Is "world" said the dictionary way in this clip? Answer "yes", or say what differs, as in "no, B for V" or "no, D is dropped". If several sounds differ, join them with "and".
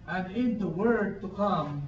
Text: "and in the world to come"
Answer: no, L is dropped